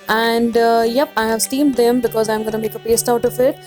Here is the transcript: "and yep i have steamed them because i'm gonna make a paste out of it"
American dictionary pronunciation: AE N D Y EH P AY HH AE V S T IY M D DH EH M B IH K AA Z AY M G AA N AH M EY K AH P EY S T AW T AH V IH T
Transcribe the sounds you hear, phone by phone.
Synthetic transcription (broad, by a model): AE N D Y EH P AY HH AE V S T IY M D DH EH M B IH K AA Z AY M G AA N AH M EY K AH P EY S T AW T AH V IH T